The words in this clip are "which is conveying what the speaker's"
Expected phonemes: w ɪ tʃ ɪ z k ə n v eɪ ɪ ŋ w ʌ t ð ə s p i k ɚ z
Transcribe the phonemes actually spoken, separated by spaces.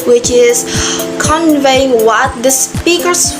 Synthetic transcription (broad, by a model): w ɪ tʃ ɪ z k ə n v eɪ ɪ ŋ w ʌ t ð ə s p i k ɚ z